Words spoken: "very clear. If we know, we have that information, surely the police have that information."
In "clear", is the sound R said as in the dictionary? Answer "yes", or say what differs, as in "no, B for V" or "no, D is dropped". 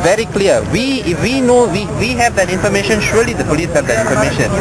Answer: no, W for R